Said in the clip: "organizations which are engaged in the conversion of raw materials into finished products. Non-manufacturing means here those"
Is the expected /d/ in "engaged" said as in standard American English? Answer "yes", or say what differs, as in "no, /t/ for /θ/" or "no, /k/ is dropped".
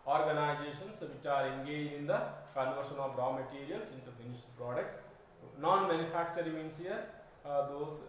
no, /d/ is dropped